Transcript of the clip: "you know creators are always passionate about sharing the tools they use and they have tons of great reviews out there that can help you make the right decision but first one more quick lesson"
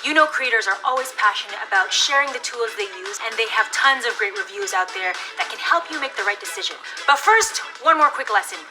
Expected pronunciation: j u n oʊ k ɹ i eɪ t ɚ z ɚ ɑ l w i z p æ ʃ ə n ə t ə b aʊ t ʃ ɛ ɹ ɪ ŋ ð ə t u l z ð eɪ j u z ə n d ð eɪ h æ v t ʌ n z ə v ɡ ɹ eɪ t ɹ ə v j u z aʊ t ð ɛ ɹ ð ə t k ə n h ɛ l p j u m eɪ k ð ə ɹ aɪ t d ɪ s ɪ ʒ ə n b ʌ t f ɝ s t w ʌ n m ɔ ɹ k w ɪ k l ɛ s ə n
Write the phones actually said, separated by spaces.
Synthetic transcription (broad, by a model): j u n oʊ k ɹ i eɪ t ɚ z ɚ ɑ l w i z p æ ʃ ə n ə t ə b aʊ t ʃ ɛ ɹ ɪ ŋ ð ə t u l z ð eɪ j u z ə n ð eɪ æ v t ʌ n z ə v ɡ ɹ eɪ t ɹ ə v j u z aʊ t ð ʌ ɹ ð ə t k ə n h ɛ l p j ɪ m eɪ k ð ə ɹ aɪ t d ɪ s ɪ ʒ ə n b ʌ t f ɝ s t w ʌ n m ɔ ɹ k w ɪ k l ɛ s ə n